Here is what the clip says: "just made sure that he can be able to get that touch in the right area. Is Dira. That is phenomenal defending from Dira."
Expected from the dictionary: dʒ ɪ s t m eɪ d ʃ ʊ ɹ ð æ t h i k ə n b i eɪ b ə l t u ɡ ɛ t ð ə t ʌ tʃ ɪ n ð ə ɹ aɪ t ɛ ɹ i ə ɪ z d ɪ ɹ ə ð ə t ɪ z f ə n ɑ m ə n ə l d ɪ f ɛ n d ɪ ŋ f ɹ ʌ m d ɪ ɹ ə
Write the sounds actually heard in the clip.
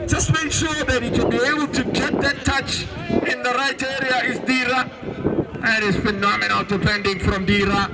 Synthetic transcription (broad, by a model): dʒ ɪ s t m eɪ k ʃ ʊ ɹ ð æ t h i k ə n b i eɪ b ə l t u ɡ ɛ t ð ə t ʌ tʃ ɪ n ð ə ɹ aɪ t ɛ ɹ i ə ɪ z d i ɹ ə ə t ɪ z f ə n ɑ m ə n ə l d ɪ p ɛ n d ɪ ŋ f ɹ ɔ m d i ɹ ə